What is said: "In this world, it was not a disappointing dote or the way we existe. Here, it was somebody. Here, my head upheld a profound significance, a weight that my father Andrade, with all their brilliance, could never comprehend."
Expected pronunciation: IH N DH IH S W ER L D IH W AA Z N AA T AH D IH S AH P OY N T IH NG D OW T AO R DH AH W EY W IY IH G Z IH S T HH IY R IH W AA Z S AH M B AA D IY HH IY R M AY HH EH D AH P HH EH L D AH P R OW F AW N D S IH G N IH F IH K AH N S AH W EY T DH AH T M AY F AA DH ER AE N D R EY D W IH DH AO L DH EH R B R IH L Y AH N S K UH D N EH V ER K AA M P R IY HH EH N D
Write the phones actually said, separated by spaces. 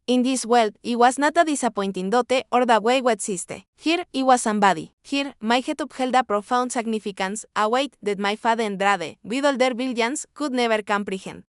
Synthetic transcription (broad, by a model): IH N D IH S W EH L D IH W AA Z N AA T AH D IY S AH P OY N T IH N D OW T AO R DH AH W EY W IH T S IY S T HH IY R IH W AA S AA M B AA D IY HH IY R M AY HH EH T AH P HH EH L D AH P R OW F AW N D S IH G N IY F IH K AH N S AH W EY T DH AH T M AY F AA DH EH N D R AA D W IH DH AO L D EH R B IY L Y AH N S K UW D N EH B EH K AA M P R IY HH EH N